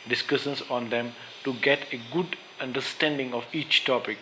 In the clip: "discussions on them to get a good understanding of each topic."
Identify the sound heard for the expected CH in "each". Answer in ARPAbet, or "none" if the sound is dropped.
CH